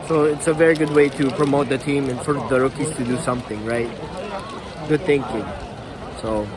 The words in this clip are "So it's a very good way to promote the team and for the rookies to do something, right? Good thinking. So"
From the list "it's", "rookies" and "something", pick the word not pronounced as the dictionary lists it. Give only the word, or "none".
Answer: rookies